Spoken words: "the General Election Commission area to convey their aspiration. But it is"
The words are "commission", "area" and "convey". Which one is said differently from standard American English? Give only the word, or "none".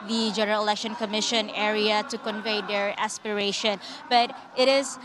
none